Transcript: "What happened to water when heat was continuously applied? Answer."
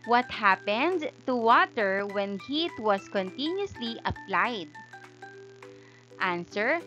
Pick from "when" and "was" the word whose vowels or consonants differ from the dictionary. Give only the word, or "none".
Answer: was